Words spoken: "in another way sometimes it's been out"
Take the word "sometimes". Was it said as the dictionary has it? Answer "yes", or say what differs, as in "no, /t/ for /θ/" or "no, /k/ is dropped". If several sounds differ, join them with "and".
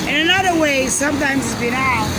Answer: yes